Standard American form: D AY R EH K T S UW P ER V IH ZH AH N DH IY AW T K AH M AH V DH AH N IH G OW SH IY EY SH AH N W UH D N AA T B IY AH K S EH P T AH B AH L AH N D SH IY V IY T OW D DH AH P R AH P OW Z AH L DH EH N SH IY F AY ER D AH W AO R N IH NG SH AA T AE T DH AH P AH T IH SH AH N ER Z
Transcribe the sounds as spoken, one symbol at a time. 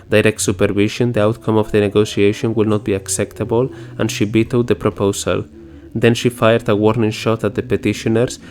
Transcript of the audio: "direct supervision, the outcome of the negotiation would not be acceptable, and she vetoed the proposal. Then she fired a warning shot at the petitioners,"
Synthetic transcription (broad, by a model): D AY R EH K T S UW P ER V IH SH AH N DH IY AW T K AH M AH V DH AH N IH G OW S IY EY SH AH N W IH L N AA T B IY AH K S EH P T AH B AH L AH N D SH IY B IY T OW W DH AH P R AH P OW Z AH L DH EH N SH IY F AY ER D AH W AO R N IH NG SH AA T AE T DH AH P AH T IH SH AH N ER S